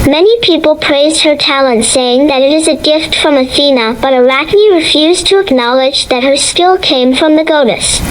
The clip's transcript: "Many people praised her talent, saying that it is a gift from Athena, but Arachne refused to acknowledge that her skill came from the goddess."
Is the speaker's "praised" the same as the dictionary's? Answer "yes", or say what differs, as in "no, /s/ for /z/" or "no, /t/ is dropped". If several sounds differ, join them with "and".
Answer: yes